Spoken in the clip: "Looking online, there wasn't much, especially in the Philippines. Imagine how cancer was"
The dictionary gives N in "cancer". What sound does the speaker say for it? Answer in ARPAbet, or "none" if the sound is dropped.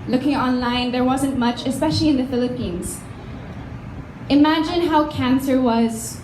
N